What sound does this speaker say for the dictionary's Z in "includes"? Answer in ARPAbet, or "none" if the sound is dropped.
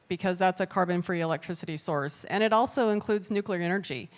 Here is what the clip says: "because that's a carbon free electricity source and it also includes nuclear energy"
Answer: Z